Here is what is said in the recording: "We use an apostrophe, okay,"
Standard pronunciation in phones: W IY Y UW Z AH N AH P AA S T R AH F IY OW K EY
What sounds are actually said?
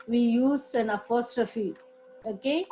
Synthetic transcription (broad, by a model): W IY Y UW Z AH N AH F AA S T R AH F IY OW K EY